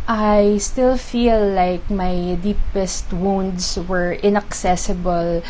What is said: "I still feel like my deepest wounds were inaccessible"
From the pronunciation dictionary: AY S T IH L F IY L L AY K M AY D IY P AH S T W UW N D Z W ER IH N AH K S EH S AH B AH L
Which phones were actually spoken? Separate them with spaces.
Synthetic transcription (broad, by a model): AY S T IH L F IY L L AY K M AY D IY P AH S T W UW N D S W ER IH N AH K S EH S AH B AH L